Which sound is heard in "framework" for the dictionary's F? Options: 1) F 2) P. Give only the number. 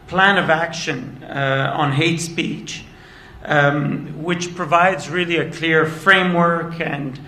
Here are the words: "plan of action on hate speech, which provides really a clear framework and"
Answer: 1